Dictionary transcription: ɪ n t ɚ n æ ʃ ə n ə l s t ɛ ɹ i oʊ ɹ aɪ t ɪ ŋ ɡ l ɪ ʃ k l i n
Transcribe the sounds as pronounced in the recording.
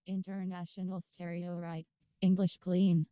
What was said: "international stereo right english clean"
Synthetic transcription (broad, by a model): ɪ n t ɚ n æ ʃ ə n l s t ɛ ɹ i oʊ ɹ aɪ t ɪ ŋ ɡ l ɪ ʃ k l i n